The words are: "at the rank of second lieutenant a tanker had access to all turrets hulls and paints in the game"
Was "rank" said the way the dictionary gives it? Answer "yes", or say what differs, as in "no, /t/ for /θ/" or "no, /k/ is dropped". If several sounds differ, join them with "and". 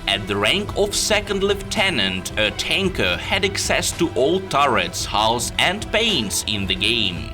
yes